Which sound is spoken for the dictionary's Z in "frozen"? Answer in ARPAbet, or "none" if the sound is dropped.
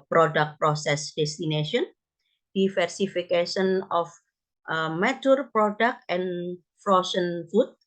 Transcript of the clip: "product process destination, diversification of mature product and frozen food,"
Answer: S